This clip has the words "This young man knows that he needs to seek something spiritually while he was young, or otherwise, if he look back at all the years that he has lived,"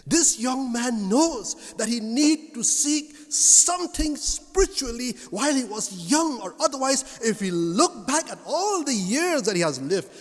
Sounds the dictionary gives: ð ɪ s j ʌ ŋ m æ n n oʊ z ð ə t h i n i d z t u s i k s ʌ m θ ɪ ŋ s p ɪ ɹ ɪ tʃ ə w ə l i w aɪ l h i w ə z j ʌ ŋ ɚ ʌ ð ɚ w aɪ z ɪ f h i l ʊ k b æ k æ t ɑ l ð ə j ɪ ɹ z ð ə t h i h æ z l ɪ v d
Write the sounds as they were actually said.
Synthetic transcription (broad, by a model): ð ɪ s j ʌ ŋ m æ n n oʊ z ð ə t h i n i d t u s i k s ʌ m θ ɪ ŋ s p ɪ ɹ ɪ tʃ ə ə l i w aɪ l h i w ə z j ʌ ŋ ɚ ʌ ð ɚ w aɪ z ɪ f h i l ʊ k b æ k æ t ɑ l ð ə j ɪ ɹ z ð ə t h i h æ z l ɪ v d